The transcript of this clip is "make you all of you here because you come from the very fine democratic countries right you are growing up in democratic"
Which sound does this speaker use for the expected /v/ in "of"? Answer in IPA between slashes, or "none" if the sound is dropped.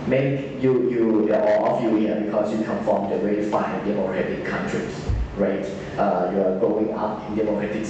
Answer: /f/